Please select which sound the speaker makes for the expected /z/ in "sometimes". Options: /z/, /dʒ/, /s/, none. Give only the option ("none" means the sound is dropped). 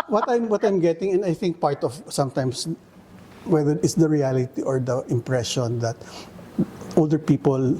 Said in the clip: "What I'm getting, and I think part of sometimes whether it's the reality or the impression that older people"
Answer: /s/